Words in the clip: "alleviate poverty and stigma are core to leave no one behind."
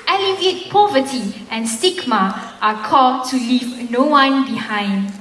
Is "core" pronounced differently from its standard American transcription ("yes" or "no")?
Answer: yes